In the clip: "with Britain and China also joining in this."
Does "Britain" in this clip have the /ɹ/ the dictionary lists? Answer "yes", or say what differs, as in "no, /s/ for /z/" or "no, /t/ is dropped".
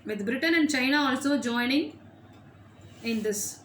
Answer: yes